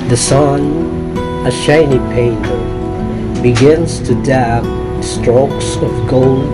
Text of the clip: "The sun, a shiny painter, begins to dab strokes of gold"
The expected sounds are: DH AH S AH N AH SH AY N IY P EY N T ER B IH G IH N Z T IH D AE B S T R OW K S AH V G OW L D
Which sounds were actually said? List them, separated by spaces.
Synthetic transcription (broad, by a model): DH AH S AH N AH SH AY N IY P EY N T ER B IH G IH N Z T IH D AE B S T R OW K S AH V G OW L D